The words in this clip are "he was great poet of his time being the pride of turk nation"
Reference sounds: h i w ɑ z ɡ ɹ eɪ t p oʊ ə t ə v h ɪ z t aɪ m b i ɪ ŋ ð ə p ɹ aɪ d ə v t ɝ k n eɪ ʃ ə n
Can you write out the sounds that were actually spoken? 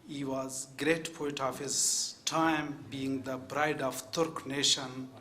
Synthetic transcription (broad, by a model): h i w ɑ z ɡ ɹ eɪ t p oʊ ə t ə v h ɪ z t aɪ m b i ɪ ŋ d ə b ɹ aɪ d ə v t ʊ k n eɪ ʃ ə n